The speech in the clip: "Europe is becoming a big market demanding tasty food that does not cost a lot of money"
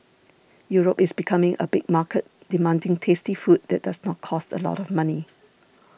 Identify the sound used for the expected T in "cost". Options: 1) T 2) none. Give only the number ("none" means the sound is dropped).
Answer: 1